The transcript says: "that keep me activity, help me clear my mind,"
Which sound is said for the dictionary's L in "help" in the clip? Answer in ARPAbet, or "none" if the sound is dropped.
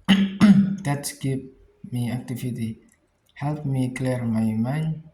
L